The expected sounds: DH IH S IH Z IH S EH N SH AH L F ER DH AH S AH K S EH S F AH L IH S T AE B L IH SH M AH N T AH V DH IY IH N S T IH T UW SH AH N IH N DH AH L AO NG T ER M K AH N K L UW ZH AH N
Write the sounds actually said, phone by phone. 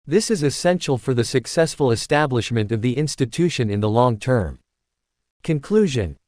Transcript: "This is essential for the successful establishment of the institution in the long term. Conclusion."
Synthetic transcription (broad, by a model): DH IH S IH Z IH S EH N SH L F ER DH AH S AH K S EH S F AH L IH S T AE B L IH SH M AH N T AH V DH IY IH N S T IH T UW SH AH N IH N DH AH L AO NG T ER M K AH N K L UW ZH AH N